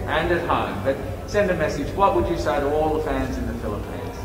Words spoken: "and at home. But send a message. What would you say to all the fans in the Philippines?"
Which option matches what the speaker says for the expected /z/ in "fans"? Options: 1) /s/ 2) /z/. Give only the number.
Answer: 2